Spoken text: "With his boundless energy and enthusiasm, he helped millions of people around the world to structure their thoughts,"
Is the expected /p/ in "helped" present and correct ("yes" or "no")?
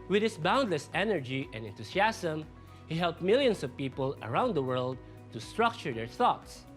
yes